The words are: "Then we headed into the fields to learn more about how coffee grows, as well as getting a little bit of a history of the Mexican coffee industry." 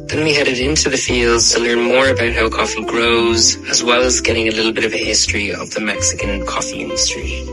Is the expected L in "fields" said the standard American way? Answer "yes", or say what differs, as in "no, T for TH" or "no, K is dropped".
yes